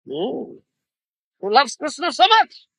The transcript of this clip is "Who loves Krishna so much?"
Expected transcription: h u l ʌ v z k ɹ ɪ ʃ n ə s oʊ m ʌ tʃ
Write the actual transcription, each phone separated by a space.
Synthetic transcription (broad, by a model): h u l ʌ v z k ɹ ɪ s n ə s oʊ m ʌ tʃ